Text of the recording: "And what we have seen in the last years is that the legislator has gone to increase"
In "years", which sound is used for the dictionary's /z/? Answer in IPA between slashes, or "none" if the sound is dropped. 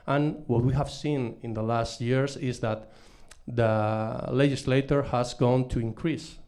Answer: /s/